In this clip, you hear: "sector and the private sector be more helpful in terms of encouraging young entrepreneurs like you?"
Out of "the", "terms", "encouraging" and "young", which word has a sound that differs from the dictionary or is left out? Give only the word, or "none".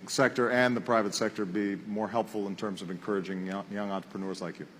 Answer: none